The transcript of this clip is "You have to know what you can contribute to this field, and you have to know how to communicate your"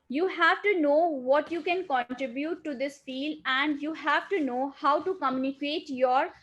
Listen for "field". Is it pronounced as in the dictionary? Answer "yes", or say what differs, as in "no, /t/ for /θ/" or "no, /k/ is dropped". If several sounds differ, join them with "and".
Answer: no, /d/ is dropped